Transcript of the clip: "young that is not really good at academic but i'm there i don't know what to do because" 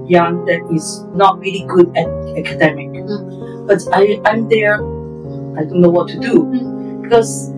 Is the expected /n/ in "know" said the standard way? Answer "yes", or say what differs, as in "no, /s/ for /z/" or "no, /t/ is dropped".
yes